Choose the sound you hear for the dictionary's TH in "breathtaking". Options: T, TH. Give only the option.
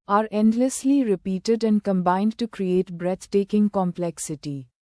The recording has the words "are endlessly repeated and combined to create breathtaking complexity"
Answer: T